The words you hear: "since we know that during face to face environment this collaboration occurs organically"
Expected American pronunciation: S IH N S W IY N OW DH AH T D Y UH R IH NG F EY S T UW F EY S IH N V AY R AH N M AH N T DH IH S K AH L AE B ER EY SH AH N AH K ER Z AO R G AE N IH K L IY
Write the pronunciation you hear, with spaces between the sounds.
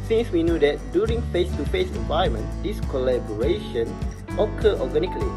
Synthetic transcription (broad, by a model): S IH N S W IY N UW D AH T D Y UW R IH NG F EY S T UW F EY S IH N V AY AH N M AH N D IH S K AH L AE B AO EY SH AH N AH K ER AO G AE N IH K L IY